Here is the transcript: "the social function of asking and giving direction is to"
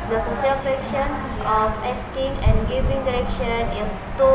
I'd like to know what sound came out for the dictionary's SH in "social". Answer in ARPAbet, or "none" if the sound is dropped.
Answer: S